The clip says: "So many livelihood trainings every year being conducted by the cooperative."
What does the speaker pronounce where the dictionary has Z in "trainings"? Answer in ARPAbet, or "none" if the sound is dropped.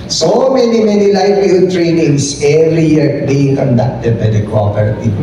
S